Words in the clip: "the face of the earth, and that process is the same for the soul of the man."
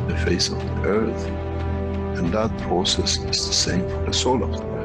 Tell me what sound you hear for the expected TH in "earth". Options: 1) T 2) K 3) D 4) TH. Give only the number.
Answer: 4